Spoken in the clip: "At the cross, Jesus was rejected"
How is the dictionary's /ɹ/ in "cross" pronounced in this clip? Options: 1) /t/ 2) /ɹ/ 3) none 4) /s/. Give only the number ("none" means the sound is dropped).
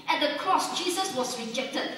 2